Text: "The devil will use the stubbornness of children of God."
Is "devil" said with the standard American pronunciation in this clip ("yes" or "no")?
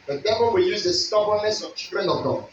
no